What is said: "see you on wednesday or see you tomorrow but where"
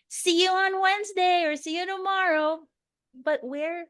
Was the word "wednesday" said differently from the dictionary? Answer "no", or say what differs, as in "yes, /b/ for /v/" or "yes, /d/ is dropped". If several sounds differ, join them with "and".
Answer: no